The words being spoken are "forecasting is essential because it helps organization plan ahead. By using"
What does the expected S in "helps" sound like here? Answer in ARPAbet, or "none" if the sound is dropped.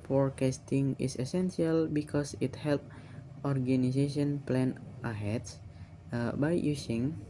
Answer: none